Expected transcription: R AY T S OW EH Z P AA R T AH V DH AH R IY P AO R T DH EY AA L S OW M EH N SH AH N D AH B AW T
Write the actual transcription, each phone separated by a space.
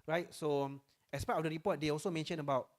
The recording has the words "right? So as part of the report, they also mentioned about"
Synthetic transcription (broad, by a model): R AY T S OW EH S P AA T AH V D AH R IY P AO T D EY AA L S OW M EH N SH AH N AH B AW T